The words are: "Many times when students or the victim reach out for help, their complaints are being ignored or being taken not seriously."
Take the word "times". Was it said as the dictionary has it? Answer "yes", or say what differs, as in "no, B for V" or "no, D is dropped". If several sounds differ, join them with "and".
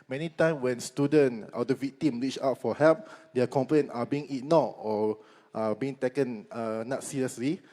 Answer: no, Z is dropped